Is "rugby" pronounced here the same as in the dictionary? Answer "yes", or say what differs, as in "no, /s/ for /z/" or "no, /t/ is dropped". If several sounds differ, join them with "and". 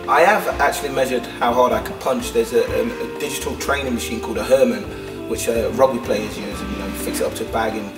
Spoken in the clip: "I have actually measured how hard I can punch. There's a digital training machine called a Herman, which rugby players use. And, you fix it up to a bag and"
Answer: no, /b/ is dropped